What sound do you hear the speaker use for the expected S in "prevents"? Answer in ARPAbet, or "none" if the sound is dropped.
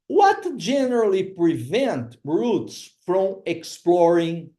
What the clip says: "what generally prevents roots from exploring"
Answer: none